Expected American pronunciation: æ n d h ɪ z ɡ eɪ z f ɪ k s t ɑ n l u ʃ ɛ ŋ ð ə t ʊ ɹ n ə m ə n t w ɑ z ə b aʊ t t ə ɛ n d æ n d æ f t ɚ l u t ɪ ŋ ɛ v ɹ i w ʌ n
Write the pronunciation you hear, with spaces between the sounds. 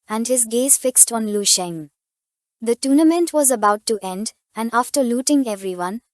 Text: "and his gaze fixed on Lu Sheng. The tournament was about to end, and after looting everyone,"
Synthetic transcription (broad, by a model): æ n d h ɪ z ɡ eɪ z f ɪ k s t ɑ n l u ʃ ɛ ŋ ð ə t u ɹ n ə m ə n t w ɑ z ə b aʊ t t ɛ n d æ n d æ f t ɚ l u t ɪ ŋ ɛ v ɹ i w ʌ n